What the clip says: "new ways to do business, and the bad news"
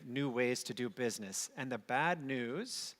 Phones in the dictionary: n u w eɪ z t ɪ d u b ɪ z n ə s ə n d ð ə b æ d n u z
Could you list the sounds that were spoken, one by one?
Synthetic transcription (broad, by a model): n u w eɪ z t ɪ d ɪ b ɪ z n ə s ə n ð ə b æ d n u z